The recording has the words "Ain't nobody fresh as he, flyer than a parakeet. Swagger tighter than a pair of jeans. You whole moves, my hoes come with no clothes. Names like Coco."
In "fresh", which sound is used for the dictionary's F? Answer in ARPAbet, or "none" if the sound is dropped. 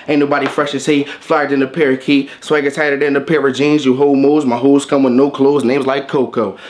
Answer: F